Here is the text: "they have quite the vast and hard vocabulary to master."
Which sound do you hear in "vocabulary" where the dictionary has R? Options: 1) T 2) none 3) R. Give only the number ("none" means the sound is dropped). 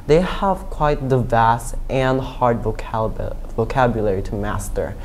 3